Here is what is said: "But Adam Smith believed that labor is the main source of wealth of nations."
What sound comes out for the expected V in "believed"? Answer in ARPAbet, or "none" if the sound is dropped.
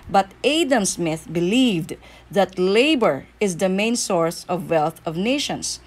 V